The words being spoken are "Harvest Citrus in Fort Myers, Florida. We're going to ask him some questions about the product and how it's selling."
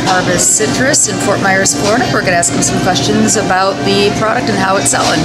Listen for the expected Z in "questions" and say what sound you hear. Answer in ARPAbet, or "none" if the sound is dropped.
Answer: Z